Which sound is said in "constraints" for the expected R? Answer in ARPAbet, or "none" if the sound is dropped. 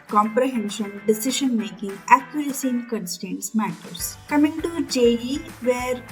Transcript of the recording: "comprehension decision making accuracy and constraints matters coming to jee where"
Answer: none